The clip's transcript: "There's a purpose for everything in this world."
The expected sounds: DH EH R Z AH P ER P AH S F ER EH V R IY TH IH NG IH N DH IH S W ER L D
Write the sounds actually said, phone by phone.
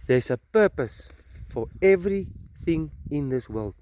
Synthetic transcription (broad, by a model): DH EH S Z AH P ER P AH S F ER EH V R IY TH IH NG IH N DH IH S W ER L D